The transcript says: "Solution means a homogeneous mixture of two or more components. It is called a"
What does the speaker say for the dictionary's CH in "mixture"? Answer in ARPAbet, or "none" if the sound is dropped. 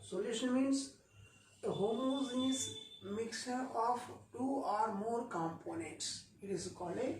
none